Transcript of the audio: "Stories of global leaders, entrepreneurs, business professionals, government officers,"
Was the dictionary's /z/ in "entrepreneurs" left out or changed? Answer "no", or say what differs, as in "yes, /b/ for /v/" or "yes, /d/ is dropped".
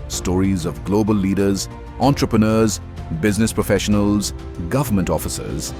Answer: no